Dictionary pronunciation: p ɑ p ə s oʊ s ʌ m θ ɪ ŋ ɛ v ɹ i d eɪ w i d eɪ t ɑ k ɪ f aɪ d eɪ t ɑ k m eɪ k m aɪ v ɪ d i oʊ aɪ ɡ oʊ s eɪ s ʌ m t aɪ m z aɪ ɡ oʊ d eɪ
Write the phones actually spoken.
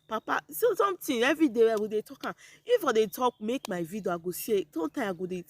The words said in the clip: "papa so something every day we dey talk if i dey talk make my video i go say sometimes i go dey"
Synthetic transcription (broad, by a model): p ɑ p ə s oʊ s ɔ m t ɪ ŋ ɛ v ɹ i d eɪ w i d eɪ t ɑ k ɪ f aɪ d eɪ t ɑ k m eɪ k m aɪ v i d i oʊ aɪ ɡ oʊ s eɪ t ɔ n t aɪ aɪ ɡ oʊ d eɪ